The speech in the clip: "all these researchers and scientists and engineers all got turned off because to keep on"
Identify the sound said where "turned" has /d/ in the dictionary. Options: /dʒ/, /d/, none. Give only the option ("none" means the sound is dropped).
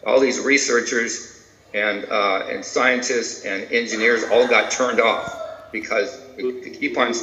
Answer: /d/